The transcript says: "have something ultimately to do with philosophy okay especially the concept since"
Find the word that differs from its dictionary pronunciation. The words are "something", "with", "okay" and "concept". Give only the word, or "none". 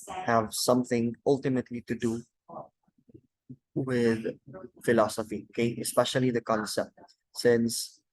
none